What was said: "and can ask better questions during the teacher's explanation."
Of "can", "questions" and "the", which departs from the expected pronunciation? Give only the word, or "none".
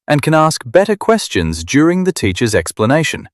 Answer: none